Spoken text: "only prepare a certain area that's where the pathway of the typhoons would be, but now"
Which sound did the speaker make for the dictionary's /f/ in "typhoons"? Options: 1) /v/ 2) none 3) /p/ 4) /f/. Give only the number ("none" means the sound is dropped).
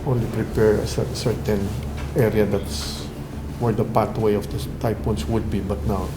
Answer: 3